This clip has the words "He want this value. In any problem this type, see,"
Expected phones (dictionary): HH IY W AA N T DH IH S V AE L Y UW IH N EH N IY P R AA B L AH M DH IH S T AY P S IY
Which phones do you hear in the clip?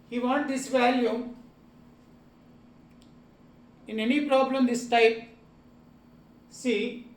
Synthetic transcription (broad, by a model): HH IY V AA N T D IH S V AE L Y UW IH N EH N IY P R AA B L AH M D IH S T AY P S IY